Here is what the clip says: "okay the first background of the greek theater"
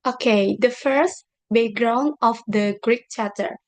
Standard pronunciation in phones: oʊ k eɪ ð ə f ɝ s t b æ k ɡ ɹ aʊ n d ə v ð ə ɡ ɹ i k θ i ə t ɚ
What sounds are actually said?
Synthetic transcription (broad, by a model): oʊ k eɪ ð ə f ɝ s t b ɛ ɡ ɹ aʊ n ə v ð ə ɡ ɹ i k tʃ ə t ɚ